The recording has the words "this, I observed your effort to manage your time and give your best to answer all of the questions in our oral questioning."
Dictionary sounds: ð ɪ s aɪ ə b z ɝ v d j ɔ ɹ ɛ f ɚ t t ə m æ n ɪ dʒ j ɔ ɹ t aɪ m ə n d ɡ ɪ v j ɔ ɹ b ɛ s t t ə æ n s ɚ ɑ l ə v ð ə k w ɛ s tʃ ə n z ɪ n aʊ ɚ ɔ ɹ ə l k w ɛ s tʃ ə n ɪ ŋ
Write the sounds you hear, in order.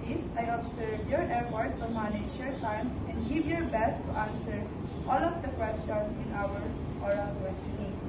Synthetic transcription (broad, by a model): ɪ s aɪ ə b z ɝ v j ɔ ɹ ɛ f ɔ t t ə m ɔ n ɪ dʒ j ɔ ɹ t aɪ m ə n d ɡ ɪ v j ɔ ɹ b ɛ s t t ə n s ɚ ɑ l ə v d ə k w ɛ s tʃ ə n ɪ n aʊ ɚ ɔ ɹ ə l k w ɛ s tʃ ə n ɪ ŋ